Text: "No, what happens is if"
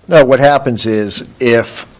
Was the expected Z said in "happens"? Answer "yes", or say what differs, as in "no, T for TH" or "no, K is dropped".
yes